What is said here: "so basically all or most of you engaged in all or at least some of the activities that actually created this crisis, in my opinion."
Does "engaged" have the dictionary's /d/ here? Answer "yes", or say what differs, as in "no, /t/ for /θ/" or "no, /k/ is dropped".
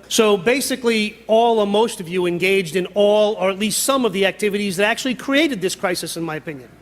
yes